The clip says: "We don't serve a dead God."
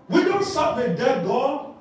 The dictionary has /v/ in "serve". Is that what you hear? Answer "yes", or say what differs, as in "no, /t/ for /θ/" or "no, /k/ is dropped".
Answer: no, /p/ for /v/